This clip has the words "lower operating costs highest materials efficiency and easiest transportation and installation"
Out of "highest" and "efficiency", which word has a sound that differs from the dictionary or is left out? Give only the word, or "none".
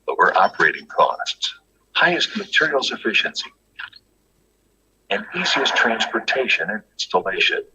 none